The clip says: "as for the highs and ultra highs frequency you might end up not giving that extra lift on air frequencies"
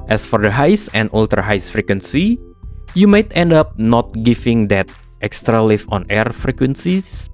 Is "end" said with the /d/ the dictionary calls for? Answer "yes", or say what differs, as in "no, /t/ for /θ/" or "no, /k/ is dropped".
yes